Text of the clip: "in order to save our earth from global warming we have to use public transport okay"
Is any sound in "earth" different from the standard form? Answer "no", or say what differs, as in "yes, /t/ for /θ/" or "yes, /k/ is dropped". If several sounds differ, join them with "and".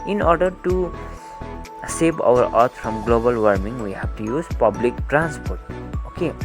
yes, /t/ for /θ/